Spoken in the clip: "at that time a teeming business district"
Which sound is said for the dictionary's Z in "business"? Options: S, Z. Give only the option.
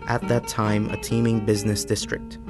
Z